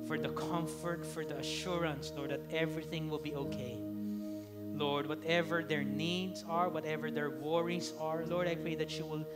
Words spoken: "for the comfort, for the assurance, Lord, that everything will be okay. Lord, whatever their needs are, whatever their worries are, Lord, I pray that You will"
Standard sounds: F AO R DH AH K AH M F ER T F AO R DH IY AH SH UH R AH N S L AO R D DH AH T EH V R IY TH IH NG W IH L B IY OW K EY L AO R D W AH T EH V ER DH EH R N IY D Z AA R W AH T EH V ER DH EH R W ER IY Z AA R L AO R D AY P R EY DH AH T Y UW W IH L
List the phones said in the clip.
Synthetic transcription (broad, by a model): F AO R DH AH K AH M F ER T F AO R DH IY AH SH UH R AH N S L AO R D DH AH T EH V R IY TH IH NG W IH L B IY OW K EY L AO R D W AH T EH V ER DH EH R N IY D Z AA R W AH T EH V ER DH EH R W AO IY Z AA R L AO R D AY P R EY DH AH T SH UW W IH L